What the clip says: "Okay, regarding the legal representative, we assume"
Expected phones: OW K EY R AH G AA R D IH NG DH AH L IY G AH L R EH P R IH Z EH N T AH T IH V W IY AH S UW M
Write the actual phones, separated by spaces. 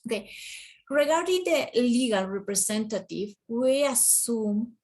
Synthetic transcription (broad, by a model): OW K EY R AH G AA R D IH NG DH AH L IY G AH L R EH P R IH S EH N T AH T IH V W IY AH S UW M